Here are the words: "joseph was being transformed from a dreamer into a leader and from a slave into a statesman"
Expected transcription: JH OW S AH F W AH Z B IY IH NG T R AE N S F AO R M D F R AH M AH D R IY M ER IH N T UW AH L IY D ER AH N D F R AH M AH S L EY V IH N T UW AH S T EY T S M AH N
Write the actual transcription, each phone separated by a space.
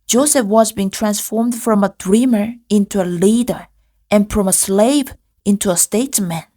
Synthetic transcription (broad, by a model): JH OW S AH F W AH Z B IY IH NG T R AE N S F AO R M D F R AH M AH D R IY M ER IH N T UW AH L IY D ER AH N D F R AH M AH S L EY V IH N T UW AH S T EY T S M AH N